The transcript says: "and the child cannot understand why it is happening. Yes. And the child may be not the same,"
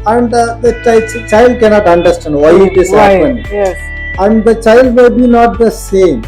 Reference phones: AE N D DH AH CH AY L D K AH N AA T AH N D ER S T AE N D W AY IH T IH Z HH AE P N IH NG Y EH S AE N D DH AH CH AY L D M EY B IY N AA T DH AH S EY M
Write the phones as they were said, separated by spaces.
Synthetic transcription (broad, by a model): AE N D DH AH CH AY L D K AH N AA T AH N D ER S T AE N D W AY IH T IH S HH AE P IH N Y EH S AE N D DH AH CH AY L D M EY B IY N AA T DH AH S EY M